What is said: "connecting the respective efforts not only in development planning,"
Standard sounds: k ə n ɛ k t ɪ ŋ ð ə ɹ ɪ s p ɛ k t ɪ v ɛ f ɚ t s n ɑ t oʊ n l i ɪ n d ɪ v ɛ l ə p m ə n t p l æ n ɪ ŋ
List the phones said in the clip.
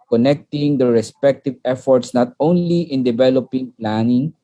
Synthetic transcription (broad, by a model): k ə n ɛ k t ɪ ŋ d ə ɹ ɪ s p ɛ k t ɪ v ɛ f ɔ t s n ɑ t oʊ n l i ɪ n d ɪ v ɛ l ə p ə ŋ p l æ n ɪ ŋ